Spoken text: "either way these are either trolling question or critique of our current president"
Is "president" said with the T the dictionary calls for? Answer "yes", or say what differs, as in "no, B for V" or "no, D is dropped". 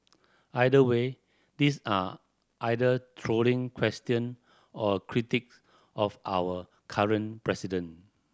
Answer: no, T is dropped